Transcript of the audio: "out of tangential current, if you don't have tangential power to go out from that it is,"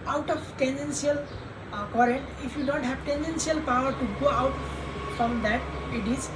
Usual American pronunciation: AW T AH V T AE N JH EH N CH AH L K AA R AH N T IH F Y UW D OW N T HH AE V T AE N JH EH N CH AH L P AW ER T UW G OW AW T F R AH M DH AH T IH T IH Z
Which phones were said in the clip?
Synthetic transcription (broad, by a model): AW T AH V T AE N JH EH N S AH L K AA R AH N T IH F Y UW D OW N T HH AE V T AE N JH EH N S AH L P AW ER T UW G OW AW T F R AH M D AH T IH T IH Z